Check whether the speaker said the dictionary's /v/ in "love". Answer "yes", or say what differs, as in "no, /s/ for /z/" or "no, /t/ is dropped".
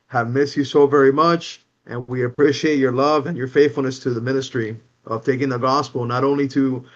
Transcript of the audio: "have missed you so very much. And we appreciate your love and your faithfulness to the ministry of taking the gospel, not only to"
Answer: yes